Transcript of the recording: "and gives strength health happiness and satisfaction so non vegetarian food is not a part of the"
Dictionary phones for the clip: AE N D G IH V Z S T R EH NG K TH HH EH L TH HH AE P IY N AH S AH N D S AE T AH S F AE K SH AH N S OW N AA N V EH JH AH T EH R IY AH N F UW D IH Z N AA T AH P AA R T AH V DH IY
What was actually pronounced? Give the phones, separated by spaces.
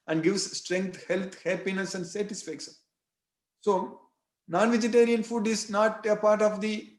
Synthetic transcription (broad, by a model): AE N D G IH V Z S T R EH NG K T HH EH L T HH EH P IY N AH S AH N D S AE T AH S F AE K SH AH N S OW N AA N V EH JH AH T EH R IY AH N F UW D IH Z N AA T AH P AA R T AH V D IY